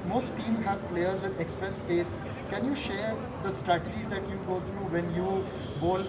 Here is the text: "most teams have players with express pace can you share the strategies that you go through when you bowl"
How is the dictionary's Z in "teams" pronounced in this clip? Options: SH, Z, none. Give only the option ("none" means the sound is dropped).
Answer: none